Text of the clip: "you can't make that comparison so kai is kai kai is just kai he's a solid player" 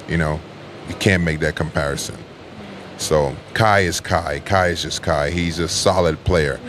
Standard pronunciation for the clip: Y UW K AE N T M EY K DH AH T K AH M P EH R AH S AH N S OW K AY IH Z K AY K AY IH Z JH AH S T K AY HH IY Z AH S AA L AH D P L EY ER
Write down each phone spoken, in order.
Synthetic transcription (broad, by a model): Y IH K AE N M EY K DH AH T K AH M P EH R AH S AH N S OW K AY IH Z K AY K AY IH Z JH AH S K AY HH IY Z AH S AA L AH D P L EY ER